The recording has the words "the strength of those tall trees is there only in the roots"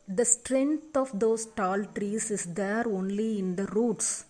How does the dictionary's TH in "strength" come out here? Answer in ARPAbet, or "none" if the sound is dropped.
T